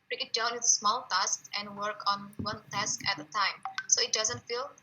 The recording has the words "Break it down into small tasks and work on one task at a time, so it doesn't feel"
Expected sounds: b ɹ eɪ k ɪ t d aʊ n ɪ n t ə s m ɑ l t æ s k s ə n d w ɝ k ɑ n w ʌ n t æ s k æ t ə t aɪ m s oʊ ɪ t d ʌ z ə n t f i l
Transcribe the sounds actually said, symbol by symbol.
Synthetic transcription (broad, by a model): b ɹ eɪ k ɪ t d aʊ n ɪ t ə s m ɑ l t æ s k ə n d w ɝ k ɑ n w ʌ n t æ s k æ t ə t aɪ m s oʊ ɪ t d ʌ z ə n t f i l